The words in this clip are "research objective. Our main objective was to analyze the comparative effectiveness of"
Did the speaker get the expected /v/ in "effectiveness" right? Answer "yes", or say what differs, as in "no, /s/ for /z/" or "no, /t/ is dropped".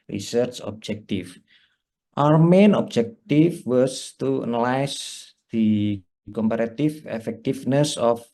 no, /f/ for /v/